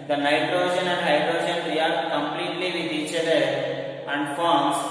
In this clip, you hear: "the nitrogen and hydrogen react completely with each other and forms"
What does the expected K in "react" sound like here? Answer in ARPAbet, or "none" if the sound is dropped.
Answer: none